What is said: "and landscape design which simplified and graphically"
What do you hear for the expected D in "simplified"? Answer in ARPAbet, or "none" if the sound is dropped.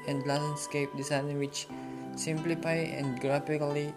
none